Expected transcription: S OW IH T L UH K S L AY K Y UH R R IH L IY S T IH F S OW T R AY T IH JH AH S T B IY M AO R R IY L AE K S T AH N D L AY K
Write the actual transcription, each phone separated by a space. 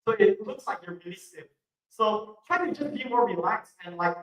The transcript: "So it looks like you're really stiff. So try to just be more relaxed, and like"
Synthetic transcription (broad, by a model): S OW IH T L UH K S L AY K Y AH R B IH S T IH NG S OW T R AY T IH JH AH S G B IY M AO R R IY L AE K S AH N L AY K